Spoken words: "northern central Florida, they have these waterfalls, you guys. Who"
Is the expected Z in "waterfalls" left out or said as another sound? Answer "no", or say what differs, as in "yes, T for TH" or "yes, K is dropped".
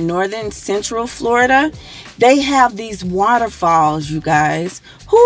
no